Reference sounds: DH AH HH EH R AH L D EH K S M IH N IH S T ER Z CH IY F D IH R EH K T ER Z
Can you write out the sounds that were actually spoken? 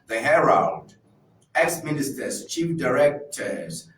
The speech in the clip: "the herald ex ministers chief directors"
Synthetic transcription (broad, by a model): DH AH HH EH R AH N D EH K S M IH N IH S T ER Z CH IY F D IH R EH K T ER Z